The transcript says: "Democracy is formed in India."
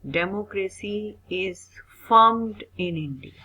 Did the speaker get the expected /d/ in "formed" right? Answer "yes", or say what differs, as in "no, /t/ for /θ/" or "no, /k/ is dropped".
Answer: yes